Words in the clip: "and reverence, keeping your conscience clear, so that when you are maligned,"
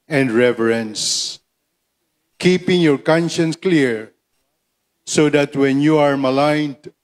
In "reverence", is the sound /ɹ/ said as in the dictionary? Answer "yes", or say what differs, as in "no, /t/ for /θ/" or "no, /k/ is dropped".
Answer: yes